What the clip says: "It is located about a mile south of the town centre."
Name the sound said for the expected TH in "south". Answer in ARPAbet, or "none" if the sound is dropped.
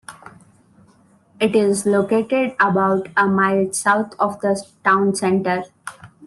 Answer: T